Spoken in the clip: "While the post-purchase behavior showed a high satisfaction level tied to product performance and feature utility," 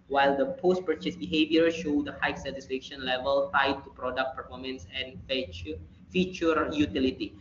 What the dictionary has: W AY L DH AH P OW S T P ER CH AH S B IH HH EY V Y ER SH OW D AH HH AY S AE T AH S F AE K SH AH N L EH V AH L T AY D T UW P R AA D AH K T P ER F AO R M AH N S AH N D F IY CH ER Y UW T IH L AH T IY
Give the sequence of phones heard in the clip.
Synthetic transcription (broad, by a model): W AY L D AH P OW S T P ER CH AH S B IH HH EY V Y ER SH OW D AH HH AY S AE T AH S F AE K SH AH N L EH V AH L T AY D T UW P R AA D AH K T P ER F AO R M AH N S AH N F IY CH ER Y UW T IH L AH T IY